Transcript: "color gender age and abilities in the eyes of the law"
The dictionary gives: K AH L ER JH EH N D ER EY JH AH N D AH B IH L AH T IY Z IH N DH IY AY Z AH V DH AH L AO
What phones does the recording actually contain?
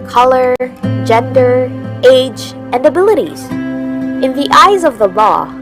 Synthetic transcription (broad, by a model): K AH L ER JH EH N D ER EY JH AH N D AH B IH L AH T IY Z IH N DH IY AY Z AH V DH AH L AO